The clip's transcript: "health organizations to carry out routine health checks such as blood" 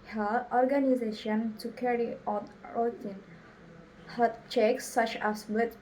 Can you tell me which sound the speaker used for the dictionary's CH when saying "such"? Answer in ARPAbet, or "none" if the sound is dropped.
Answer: CH